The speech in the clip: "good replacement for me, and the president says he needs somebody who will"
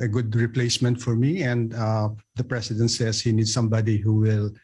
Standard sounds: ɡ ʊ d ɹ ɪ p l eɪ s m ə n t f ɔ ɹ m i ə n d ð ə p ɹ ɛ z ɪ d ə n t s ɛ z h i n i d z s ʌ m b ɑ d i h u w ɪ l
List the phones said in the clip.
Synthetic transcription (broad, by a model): ɡ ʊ d ɹ ɪ p l eɪ s m ə n t f ɔ ɹ m i ə n d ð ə p ɹ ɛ s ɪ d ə n t s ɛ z h i n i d s ʌ m b ɑ d i h u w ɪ l